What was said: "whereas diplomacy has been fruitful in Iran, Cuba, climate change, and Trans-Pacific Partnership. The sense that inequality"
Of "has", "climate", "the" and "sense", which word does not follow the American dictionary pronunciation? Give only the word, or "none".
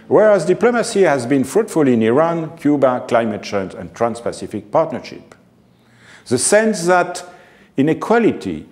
none